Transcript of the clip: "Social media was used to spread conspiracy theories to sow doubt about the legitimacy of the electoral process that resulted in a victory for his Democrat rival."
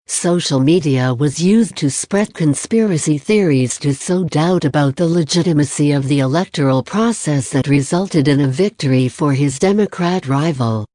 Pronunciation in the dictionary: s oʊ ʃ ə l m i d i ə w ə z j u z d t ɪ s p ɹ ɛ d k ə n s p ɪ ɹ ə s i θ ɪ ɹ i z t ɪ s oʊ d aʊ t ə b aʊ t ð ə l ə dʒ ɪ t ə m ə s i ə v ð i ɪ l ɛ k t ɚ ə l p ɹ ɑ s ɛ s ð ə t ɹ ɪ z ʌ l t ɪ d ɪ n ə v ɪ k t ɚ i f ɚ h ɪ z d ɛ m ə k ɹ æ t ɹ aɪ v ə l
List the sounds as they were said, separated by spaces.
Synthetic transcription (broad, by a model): s oʊ ʃ l m i d i ə w ə z j u z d t ɪ s p ɹ ɛ d k ə n s p ɪ ɹ ə s i θ ɪ ɹ i z t ɪ s oʊ d aʊ t ə b aʊ t ð ə l ə dʒ ɪ t ə m ə s i ə v ð i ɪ l ɛ k t ɚ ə l p ɹ ɑ s ɛ s ð ə t ɹ ɪ z ʌ l t ɪ d ɪ n ə v ɪ k t ɚ i f ɚ ɪ z d ɛ m ə k ɹ æ t ɹ aɪ v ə l